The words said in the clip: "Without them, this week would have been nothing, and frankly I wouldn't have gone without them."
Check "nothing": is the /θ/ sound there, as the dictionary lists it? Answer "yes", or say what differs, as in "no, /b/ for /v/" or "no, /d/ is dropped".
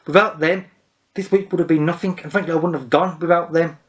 yes